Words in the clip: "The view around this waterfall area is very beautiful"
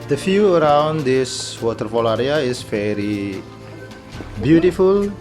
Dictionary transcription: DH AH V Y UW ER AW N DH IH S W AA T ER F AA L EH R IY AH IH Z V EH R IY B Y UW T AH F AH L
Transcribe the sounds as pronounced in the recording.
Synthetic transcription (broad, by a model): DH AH F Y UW ER AW N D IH S W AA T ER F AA L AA R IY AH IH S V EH R IY B Y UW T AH F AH L